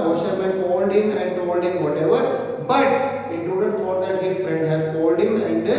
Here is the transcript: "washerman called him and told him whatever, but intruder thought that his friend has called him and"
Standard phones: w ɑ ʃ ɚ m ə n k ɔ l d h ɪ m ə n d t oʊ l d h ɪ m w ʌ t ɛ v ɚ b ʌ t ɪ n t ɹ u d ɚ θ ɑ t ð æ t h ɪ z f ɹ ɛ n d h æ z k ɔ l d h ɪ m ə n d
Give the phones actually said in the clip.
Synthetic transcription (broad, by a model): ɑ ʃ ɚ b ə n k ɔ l d h ɪ m ə n d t oʊ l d h ɪ m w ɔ t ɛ v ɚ b ʌ t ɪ t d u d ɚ f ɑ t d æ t h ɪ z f ɹ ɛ n d h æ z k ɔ l d h ɪ m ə n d